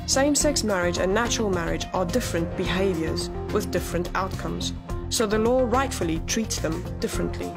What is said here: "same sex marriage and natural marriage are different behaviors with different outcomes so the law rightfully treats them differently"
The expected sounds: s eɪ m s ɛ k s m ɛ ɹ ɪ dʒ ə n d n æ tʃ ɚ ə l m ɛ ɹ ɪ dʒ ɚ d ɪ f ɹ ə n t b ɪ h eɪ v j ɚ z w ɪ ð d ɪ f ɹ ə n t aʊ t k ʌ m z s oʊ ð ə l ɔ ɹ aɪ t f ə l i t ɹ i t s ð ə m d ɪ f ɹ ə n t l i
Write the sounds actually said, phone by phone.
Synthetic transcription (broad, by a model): s eɪ m s ɛ k s m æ ɹ ɪ dʒ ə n n æ tʃ ɚ ə l m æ ɹ ɪ dʒ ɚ d ɪ f ɹ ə n b ɪ h eɪ v j ɚ z w ɪ ð d ɪ f ɹ ə n t aʊ t k ʌ m z s oʊ ð ə l ɔ ɹ aɪ t f ə l i t ɹ i t s ð ə m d ɪ f ɹ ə n t l i